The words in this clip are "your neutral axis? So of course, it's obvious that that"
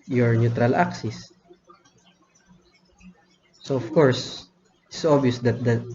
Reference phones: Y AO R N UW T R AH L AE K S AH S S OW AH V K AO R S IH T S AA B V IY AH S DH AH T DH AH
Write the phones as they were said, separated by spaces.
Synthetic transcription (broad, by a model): Y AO R N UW T R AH L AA K S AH S S OW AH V K AO R S IH T S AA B IY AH S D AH T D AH